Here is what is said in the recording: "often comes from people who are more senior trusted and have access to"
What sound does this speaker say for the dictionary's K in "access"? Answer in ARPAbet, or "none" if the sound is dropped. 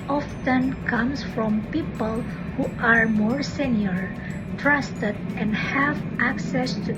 K